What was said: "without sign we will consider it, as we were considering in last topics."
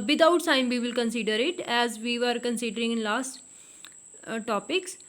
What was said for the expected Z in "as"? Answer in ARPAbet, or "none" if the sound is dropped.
Z